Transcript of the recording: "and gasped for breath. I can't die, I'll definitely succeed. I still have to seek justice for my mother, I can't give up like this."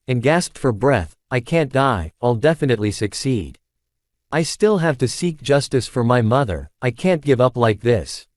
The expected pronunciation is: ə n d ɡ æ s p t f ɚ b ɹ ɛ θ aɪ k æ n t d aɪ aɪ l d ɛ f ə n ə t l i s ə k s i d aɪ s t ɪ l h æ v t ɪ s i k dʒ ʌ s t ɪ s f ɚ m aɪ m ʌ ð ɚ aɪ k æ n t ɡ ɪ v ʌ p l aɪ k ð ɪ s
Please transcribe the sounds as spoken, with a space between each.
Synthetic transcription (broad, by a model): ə n ɡ æ s p t f ɚ b ɹ ɛ θ aɪ k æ n d aɪ aɪ l d ɛ f ə n ə t l i s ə k s i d aɪ s t ɪ l h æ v t ɪ s i k dʒ ʌ s t ɪ s f ɚ m aɪ m ʌ ð ɚ aɪ k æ n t ɡ ɪ v ʌ p l aɪ k ð ɪ s